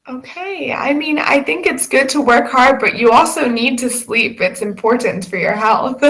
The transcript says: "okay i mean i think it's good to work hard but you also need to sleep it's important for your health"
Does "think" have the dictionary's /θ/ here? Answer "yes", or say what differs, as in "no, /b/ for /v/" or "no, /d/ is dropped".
yes